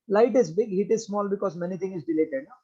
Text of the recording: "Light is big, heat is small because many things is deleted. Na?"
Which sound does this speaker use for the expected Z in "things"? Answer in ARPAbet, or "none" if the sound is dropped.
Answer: none